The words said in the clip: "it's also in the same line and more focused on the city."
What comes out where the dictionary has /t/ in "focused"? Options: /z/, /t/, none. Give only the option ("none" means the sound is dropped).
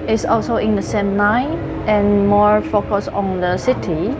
none